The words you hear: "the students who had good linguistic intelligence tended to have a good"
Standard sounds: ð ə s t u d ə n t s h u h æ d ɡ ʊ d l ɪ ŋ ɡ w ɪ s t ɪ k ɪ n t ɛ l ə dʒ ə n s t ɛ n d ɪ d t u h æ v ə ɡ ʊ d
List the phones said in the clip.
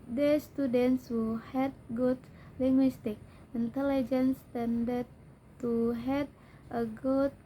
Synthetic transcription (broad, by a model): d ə s t u d ə n t s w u h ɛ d ɡ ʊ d l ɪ ŋ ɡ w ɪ s t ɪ k ɪ n t ɛ l ə dʒ ə n s t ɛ n d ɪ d t u h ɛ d ə ɡ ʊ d